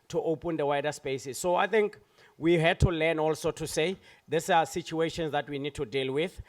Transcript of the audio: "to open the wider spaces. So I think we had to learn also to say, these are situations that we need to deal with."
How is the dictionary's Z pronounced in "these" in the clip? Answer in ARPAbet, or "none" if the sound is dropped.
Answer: S